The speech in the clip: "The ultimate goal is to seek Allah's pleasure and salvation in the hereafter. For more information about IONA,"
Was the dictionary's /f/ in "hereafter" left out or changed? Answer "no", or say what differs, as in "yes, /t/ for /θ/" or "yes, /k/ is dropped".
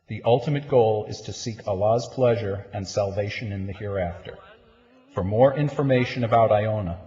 no